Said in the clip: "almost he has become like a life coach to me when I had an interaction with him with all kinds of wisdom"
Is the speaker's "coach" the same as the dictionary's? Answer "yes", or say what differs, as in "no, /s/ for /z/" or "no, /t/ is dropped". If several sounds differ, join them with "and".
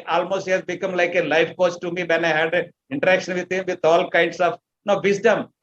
no, /s/ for /tʃ/